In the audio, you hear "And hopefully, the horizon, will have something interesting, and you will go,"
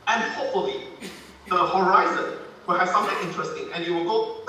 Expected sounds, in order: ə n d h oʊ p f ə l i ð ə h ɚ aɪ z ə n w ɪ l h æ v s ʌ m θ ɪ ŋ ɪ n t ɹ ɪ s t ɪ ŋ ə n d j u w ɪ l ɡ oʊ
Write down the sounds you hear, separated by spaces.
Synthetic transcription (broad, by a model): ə n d h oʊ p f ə l i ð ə h ɚ aɪ z ə n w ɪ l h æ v s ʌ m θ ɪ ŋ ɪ n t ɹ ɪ s t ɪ ŋ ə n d j u w ɪ l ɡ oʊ